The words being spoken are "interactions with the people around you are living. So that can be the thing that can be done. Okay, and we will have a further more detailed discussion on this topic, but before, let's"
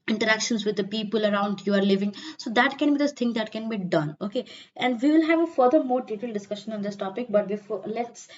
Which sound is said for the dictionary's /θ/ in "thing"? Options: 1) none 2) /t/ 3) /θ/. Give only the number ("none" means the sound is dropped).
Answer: 2